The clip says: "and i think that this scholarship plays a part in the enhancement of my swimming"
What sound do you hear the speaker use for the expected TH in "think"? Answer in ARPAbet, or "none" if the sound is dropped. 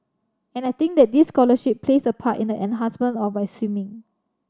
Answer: T